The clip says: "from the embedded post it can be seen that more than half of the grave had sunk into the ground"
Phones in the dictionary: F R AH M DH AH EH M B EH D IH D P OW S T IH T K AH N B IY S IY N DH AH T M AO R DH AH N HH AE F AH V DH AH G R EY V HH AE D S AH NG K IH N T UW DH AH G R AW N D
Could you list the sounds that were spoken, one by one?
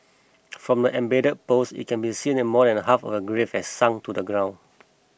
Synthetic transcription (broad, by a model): F R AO M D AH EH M B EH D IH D P OW S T IH T K AH N B IY S IY N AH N M AO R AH N HH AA F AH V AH G R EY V HH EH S S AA NG T UW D AH G R AW N